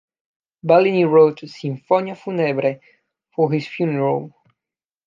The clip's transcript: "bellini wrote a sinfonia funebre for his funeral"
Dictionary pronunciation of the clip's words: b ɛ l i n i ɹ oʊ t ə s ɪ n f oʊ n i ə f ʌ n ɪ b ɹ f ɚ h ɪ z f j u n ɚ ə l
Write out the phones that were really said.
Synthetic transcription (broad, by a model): b ɛ l i n i ɹ oʊ t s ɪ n f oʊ n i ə f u n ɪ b ɹ f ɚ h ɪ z f j u n ɚ ə l